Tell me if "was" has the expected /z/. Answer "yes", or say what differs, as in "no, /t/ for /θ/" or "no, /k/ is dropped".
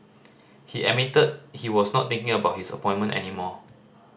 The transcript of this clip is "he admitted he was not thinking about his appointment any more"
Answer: no, /s/ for /z/